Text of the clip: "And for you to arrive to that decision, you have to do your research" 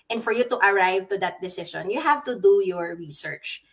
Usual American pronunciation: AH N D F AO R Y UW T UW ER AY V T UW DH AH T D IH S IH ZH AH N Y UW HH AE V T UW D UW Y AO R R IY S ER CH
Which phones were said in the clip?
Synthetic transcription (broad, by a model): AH N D F AO R Y UW T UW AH AY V T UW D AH T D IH S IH SH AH N Y UW HH AE V T UW D UW Y AO R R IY S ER CH